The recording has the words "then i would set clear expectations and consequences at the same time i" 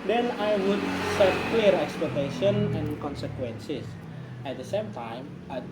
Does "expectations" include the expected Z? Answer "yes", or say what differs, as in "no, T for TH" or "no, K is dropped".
no, Z is dropped